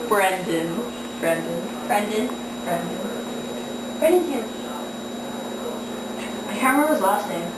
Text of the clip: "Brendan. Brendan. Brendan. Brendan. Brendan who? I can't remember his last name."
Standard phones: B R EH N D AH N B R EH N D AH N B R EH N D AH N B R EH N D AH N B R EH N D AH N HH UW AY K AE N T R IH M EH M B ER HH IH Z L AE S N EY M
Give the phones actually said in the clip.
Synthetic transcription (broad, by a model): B R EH N D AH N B R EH N D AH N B R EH N D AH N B R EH N D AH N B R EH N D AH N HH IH AY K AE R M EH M ER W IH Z L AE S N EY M